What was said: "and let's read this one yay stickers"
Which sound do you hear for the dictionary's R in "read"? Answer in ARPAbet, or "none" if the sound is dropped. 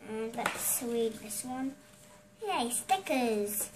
W